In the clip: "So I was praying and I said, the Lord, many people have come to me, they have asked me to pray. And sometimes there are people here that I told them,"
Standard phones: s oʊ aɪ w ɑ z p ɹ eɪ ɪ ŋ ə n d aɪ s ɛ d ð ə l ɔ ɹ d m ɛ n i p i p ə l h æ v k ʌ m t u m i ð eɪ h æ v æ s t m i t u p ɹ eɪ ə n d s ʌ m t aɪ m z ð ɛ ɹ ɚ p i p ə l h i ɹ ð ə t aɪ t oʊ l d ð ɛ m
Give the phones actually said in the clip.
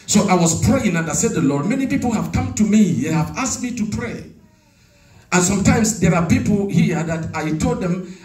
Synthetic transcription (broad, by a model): s oʊ aɪ w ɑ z p ɹ eɪ ɪ ŋ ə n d aɪ s ɛ d ð ə l ɔ ɹ d m ɛ n i p i p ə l h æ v k ʌ m t u m i ð eɪ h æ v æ s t m i t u p ɹ eɪ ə n s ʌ m t aɪ m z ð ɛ ɹ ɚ p i p l h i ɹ ð ə t aɪ t oʊ l d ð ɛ m